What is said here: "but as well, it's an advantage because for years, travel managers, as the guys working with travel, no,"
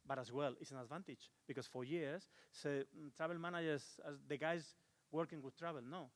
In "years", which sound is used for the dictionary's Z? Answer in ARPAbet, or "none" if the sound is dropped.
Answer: S